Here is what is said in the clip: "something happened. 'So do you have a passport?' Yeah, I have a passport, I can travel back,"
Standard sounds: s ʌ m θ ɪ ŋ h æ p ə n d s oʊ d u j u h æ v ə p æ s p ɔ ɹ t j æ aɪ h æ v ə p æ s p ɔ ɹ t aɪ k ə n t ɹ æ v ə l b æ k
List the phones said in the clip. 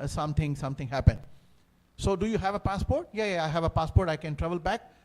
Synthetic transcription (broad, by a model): s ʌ m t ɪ ŋ h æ p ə n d s oʊ d u j u h æ v ə p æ s p ɔ ɹ t j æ aɪ h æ v ə p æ s p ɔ ɹ t aɪ k ə n t ɹ æ v ə l b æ k